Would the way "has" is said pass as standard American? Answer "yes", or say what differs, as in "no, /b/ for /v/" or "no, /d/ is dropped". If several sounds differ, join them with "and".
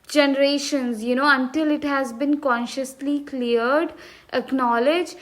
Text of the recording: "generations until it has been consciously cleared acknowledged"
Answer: yes